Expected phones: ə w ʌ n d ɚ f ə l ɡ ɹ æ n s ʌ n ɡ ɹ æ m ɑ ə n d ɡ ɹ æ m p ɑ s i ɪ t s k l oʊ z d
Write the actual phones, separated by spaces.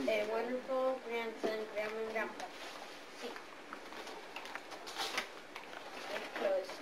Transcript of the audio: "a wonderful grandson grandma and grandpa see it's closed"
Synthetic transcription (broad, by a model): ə w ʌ n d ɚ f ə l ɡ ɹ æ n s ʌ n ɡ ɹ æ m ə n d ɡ ɑ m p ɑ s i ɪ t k l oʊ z